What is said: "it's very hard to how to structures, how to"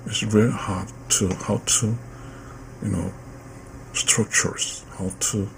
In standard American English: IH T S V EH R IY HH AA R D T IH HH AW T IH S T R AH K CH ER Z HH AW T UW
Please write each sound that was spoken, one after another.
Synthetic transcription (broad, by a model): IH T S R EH L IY HH AA R D T IH HH AW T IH S T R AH K CH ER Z HH AW T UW